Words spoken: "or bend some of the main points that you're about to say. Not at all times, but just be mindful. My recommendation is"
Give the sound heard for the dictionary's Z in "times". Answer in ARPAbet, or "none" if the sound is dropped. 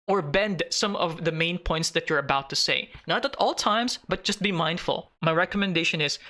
S